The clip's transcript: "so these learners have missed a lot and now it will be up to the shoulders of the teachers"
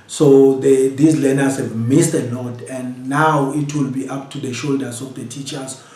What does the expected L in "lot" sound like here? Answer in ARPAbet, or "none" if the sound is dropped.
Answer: N